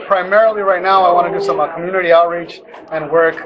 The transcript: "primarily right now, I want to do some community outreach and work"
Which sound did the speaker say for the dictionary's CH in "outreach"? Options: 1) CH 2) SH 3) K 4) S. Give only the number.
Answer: 1